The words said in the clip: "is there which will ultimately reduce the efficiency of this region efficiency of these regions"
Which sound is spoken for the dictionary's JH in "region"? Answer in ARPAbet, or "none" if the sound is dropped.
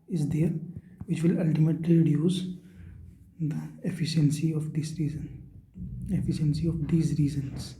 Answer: Z